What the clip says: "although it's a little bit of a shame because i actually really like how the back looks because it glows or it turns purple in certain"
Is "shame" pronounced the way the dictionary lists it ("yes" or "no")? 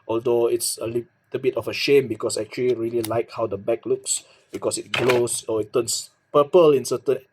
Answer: yes